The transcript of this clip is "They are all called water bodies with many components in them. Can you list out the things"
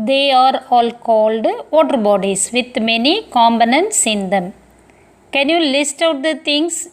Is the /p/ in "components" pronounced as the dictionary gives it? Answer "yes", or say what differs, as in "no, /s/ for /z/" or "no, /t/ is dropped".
no, /b/ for /p/